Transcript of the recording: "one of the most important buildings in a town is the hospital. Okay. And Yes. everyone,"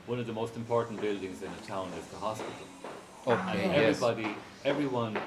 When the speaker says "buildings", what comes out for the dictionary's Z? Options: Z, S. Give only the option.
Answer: Z